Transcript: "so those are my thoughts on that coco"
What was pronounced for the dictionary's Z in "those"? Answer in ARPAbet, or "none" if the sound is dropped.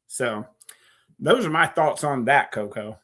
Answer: Z